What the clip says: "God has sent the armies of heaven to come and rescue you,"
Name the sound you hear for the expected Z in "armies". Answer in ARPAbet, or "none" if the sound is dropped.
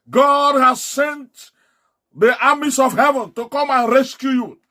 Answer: S